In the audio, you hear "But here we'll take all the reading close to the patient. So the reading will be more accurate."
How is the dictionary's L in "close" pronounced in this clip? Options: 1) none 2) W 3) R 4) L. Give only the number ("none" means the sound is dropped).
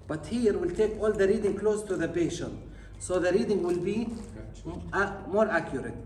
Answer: 4